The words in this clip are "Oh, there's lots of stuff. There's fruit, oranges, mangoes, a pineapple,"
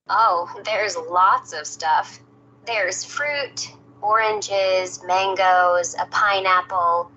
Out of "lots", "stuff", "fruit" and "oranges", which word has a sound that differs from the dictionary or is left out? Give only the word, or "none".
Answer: none